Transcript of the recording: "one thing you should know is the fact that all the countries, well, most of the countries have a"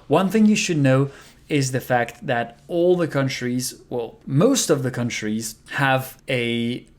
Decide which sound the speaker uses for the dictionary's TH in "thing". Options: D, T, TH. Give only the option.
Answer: TH